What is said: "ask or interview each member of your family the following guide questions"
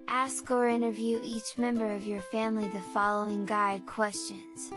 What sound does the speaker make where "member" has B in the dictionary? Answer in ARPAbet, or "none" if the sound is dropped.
B